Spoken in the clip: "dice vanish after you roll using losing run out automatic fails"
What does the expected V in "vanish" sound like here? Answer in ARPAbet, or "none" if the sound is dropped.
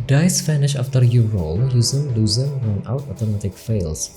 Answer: F